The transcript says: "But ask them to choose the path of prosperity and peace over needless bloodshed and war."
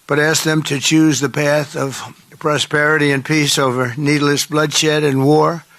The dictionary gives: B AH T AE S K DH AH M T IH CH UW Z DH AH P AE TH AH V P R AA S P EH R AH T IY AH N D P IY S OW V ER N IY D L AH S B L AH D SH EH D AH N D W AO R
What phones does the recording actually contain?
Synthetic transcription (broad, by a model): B AH T AE S K DH AH M T IH CH UW Z DH AH P AE TH AH V P R AA S P EH R AH T IY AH N P IY S OW V ER N IY D L AH S B L AH D SH EH D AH N W AO R